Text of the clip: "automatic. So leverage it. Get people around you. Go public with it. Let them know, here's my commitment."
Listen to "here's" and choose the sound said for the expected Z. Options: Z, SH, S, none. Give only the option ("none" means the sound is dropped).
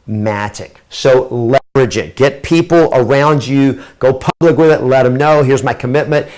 Z